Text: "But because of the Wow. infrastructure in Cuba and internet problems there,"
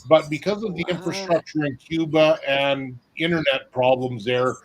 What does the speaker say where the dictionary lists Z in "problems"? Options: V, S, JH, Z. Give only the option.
Z